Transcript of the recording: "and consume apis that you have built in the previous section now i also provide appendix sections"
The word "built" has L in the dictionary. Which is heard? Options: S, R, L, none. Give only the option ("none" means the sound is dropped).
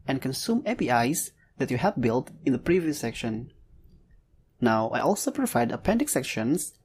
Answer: L